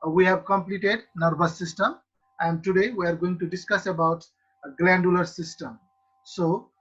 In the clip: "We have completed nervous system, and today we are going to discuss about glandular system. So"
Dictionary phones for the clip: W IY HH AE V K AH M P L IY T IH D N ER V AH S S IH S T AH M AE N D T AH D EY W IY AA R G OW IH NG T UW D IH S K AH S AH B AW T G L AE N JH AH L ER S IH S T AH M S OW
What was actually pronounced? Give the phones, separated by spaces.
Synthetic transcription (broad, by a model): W IY HH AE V K AH M P L IY T IH D N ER B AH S S IH S T AH M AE N D T AH D EY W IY AA R G OW IH NG T UW D IH S K AH S AH B AW T G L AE N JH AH L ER S IH S T AH M S OW